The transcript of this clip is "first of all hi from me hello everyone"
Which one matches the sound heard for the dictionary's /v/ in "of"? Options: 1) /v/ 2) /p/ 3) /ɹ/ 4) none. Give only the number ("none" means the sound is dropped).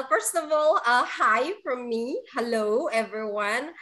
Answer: 1